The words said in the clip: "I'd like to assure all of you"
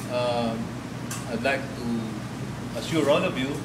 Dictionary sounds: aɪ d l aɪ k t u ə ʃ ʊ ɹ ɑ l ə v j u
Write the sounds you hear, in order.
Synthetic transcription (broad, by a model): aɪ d l aɪ k t u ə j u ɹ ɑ n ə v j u